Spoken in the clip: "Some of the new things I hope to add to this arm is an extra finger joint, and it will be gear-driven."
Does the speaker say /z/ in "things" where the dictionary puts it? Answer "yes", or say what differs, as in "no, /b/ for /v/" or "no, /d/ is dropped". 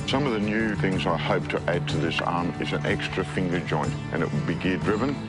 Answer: yes